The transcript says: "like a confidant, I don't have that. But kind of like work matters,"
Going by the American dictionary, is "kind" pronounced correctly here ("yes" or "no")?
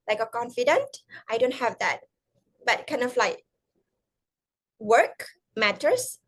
yes